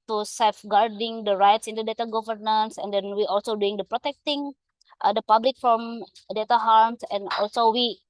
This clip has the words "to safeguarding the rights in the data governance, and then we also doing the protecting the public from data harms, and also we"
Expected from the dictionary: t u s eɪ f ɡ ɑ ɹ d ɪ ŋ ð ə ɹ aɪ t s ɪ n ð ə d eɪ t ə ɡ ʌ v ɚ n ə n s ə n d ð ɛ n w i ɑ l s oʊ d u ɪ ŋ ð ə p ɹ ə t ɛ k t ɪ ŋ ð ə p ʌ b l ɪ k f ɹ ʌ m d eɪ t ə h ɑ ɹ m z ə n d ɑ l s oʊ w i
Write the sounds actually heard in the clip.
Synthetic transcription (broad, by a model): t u s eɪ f ɡ ɑ ɹ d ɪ ŋ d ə ɹ aɪ t s ɪ n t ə d eɪ t ə ɡ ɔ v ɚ n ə n s ə n d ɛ n w i ɑ l s oʊ d u ɪ ŋ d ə p ɹ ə t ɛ k t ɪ ŋ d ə p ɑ b l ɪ k f ɹ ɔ m d eɪ t ə h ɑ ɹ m s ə n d ɑ l s oʊ w i